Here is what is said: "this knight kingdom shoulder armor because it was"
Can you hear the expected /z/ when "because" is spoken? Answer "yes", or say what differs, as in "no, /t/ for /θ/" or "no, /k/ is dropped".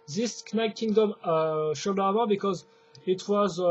yes